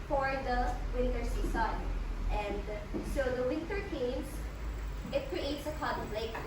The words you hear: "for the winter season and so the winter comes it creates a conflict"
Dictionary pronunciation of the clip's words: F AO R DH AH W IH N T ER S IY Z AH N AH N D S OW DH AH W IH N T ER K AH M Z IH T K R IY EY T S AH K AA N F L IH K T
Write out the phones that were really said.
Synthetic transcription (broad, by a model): F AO R DH AH W IH N T ER S IY S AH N AH N D S OW DH AH W IH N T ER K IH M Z IH T K R IY EY T S AH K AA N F L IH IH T